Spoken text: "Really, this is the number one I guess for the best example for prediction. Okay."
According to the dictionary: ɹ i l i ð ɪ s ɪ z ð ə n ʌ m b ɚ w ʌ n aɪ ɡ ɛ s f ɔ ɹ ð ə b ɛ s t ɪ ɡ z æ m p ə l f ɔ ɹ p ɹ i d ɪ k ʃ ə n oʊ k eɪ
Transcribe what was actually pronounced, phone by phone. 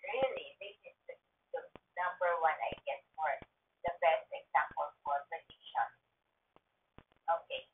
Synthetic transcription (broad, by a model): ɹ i l i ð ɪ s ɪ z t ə n ʌ m b ɚ w ʌ n aɪ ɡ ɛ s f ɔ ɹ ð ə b ɛ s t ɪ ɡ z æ m p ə l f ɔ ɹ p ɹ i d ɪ ʃ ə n oʊ k eɪ